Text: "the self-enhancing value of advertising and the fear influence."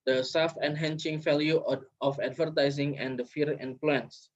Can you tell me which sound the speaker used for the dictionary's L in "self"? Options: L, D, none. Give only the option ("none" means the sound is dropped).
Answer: none